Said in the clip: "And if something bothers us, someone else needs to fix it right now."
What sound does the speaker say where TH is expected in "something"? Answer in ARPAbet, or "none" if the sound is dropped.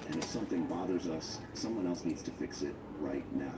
TH